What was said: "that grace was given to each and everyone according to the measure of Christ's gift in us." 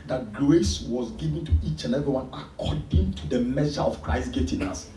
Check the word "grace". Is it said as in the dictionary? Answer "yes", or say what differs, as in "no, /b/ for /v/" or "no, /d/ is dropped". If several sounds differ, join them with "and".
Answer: no, /l/ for /ɹ/